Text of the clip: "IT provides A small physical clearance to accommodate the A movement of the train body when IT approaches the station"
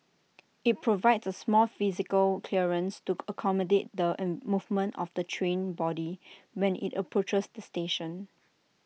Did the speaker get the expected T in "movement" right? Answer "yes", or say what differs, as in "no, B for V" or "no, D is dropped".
yes